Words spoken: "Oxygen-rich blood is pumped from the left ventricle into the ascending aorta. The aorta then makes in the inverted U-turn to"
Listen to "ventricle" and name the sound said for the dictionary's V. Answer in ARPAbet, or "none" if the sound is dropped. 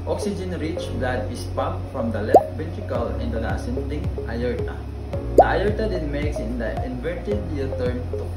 B